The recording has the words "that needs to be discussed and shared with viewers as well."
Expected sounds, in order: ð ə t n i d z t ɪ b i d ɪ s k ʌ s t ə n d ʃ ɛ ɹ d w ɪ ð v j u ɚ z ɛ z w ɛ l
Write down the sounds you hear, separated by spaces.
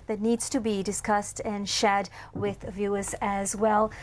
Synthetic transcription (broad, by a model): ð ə t n i d z t ɪ b i d ɪ s k ʌ s t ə n ʃ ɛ d w ɪ ð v j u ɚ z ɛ z w ɛ l